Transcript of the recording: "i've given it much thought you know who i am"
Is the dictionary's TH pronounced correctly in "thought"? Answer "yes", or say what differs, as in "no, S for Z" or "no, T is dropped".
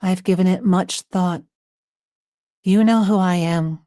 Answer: yes